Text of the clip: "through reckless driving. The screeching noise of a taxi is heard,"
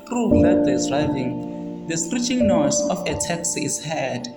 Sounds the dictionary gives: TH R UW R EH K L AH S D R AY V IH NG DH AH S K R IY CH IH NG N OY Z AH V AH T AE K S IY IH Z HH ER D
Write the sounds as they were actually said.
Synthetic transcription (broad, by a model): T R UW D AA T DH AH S D R AY V IH NG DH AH S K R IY CH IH NG N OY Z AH F AH T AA K S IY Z HH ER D